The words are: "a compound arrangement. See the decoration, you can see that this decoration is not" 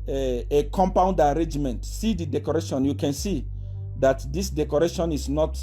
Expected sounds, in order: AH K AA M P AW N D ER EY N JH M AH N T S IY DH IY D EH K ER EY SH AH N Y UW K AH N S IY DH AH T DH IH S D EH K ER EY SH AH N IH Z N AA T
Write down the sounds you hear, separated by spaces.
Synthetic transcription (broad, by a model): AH K AA M P AW N D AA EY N JH M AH N T S IY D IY D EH K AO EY SH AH N Y UW K AH N S IY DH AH T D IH S D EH K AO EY SH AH N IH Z N AA T